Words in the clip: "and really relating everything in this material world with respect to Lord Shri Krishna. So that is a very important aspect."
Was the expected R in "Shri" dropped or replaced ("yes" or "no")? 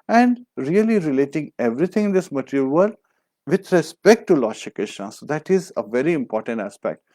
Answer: yes